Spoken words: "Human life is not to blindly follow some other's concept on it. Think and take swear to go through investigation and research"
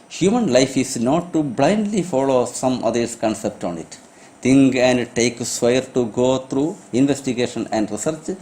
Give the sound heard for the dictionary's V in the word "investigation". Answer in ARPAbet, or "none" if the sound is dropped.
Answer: V